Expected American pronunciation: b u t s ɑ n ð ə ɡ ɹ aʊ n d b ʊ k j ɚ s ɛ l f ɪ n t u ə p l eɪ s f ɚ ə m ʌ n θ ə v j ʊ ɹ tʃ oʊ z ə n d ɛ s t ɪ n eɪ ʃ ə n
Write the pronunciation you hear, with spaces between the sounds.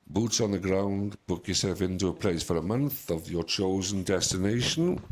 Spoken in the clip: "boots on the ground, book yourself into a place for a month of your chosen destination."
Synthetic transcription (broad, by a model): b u t s n ð ə ɡ ɹ aʊ n d b ʊ k j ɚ s ɛ l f ɪ n t u ə p l eɪ s f ɚ ə m ʌ n θ ə v j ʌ tʃ oʊ z ə n d ɛ s t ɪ n eɪ ʃ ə n